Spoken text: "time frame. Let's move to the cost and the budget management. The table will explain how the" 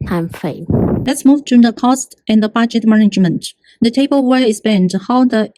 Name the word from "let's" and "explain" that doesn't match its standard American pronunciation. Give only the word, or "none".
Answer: explain